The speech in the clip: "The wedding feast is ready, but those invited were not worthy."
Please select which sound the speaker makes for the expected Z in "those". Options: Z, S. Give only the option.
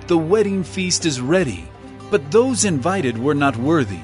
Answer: Z